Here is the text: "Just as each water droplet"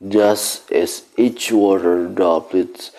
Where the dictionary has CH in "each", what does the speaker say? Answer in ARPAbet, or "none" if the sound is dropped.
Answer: CH